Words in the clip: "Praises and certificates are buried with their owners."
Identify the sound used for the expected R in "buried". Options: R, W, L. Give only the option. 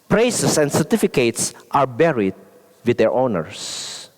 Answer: R